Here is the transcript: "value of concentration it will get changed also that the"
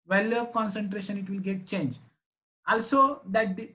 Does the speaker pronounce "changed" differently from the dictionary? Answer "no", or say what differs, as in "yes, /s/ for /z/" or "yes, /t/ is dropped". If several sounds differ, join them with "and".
yes, /d/ is dropped